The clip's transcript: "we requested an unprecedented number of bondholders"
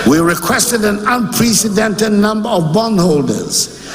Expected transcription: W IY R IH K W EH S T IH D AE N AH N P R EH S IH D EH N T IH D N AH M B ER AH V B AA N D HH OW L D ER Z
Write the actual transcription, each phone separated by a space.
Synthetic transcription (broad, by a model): W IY R IH K W EH S T IH D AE N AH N P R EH S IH D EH N T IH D N AH M B ER AH V B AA N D HH OW L D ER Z